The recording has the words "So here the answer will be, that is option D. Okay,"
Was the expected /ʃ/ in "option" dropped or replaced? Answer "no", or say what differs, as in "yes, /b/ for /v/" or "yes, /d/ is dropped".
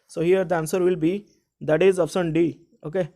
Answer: yes, /s/ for /ʃ/